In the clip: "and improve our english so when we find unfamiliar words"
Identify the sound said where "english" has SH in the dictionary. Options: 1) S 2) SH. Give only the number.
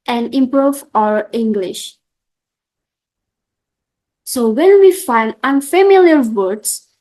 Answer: 2